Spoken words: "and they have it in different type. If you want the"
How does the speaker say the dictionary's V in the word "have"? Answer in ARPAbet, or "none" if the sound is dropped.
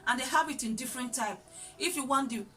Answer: B